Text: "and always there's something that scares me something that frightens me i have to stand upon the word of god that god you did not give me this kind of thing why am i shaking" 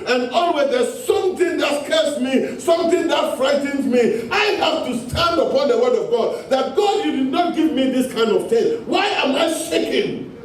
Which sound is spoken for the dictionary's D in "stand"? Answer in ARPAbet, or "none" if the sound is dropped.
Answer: D